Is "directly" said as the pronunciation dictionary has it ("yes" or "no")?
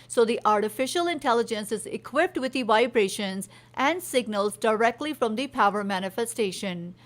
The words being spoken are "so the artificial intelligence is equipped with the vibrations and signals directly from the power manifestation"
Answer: yes